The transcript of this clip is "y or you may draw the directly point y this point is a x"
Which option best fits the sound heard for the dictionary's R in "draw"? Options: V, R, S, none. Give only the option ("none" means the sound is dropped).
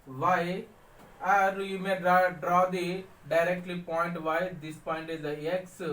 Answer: R